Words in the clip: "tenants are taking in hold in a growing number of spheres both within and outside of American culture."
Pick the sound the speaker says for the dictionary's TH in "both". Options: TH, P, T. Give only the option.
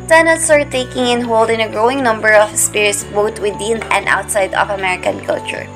T